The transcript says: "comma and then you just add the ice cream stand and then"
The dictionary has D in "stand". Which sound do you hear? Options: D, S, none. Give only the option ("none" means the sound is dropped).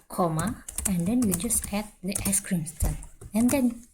none